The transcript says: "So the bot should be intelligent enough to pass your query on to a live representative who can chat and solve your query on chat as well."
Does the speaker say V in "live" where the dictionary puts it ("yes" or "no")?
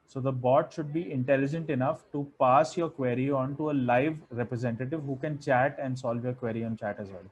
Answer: yes